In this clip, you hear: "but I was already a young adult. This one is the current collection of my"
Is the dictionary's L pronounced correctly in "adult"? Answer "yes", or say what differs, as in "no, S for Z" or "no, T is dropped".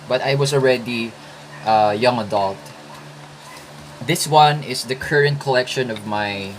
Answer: yes